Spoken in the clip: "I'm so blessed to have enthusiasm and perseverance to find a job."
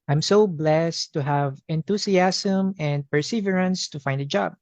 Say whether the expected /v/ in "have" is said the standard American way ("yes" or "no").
yes